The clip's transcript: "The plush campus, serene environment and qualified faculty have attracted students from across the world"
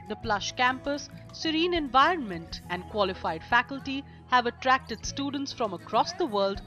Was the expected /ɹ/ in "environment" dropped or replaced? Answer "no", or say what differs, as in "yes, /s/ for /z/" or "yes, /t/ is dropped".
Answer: no